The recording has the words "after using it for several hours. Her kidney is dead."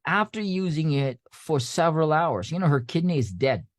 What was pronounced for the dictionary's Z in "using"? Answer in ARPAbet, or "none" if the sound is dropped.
Z